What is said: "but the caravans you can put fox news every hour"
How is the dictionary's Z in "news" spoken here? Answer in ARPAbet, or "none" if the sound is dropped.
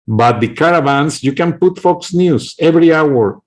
S